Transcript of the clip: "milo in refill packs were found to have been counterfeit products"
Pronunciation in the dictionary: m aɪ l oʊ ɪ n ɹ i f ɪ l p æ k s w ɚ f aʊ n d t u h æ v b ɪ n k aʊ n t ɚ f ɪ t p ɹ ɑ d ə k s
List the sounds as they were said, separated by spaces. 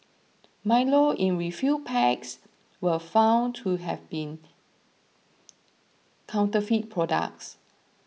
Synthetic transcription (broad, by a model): m aɪ l oʊ ɪ n ɹ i f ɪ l p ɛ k s w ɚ f aʊ n t u h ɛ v b ɪ n k aʊ n t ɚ f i t p ɹ ɑ d ə k s